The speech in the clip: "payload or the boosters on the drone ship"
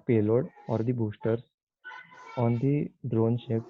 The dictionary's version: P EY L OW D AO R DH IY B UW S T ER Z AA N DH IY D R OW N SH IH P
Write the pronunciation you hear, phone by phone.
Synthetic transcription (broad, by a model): P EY L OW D AO R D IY B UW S T ER S AA N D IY D R OW N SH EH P